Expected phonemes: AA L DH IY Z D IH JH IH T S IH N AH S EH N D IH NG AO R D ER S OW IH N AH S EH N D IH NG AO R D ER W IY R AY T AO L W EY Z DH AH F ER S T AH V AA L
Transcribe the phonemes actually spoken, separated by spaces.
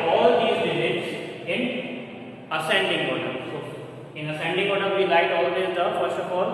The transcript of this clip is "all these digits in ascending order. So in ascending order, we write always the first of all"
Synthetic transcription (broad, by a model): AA L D IY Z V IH Z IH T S IH N AH S EH N D IH NG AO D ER S OW IH N AH S EH N D IH NG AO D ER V IY L AY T AO L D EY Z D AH F ER S T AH F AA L